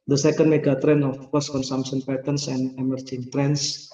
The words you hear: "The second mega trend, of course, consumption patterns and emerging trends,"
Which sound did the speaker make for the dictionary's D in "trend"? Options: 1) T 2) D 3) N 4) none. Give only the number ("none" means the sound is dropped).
4